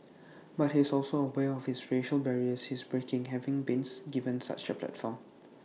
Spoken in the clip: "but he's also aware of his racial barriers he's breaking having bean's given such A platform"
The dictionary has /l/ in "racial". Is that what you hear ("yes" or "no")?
yes